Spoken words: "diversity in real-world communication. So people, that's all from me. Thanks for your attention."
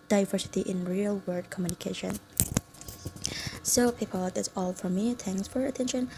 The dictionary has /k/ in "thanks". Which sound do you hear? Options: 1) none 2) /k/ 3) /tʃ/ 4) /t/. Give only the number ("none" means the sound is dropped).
1